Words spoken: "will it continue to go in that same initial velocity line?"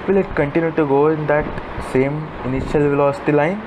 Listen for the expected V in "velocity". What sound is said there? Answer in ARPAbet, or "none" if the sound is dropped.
V